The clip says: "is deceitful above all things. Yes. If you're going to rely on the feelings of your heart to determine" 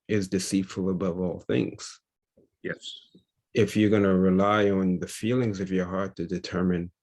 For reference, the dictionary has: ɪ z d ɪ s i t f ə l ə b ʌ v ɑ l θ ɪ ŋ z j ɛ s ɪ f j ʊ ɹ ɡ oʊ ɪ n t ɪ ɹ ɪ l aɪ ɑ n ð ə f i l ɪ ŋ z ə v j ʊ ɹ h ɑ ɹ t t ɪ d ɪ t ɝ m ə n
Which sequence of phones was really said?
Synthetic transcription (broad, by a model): ɪ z d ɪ s i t f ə l ə b ʌ v ɑ l θ ɪ ŋ z j ɛ s ɪ f j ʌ ɹ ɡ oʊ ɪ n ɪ ɹ ɪ l aɪ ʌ n ð ə f i l ɪ ŋ z ə v j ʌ ɹ h ɑ ɹ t t ɪ d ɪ t ɝ m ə n